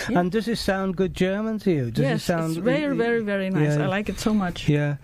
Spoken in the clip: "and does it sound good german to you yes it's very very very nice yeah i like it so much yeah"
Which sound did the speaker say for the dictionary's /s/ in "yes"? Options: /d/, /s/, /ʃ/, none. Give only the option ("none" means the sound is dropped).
none